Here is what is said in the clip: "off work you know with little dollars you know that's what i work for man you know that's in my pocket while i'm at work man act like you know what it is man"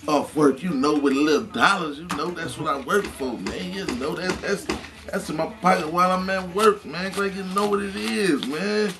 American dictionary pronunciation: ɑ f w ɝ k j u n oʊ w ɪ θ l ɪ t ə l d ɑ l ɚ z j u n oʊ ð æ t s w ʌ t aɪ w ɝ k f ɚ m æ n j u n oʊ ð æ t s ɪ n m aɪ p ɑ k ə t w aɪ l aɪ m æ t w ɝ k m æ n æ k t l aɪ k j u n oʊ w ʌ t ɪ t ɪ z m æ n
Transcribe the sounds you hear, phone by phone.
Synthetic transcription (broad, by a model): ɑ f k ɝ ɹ j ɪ n oʊ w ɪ l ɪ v d ɑ l ɚ z j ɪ n oʊ ð æ t s w ʌ t aɪ w ɝ k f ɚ m æ n j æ n oʊ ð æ t s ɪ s m aɪ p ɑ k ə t w aɪ l aɪ m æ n w ɝ k m æ n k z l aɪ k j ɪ n oʊ w ʌ t ɪ t ɪ z m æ n